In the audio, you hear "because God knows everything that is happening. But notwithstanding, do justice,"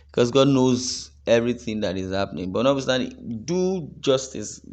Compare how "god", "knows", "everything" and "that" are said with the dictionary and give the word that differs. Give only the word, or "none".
none